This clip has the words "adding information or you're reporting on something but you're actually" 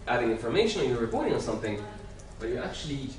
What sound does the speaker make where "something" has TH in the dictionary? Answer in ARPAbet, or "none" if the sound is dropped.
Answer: TH